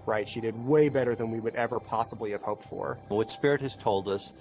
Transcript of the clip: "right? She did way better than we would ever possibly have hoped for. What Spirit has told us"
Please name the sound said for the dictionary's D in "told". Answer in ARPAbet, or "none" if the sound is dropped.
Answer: D